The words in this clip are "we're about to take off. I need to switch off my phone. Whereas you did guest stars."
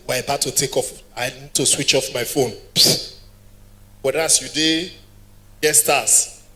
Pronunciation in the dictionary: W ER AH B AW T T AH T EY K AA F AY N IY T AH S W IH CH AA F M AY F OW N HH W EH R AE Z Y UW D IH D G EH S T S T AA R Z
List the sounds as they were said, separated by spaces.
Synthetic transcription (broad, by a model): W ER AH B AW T T AH T EY K AA F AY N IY T AH S W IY CH AA F M AY F OW N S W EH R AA S Y UW D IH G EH T S T AA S